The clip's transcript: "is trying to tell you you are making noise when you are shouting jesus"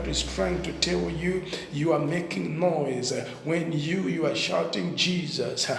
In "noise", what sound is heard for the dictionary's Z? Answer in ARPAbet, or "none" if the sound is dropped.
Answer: Z